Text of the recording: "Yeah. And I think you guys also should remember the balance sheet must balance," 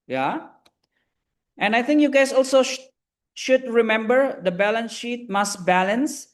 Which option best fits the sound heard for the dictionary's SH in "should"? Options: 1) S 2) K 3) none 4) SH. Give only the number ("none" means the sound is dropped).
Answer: 4